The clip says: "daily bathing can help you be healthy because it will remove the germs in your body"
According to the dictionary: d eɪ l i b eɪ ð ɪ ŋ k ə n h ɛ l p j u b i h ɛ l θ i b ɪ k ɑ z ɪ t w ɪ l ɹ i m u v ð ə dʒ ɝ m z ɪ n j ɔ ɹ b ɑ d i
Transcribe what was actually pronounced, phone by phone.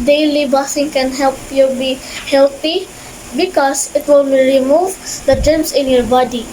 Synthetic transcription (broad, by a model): d eɪ l i b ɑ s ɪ ŋ k ə n h ɛ l p j u b i h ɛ l t i b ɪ k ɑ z ɪ t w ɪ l ɹ i m u v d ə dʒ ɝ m s ɪ n j ɔ ɹ b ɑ d i